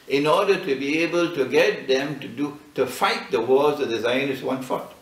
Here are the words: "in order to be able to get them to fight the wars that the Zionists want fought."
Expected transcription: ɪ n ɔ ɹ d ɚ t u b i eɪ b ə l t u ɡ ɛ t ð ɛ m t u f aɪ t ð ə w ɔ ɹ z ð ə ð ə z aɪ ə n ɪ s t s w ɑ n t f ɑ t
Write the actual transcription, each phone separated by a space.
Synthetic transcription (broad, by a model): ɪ n ɔ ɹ d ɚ t u b i eɪ b ə l t u ɡ ɛ t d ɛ m t u f aɪ t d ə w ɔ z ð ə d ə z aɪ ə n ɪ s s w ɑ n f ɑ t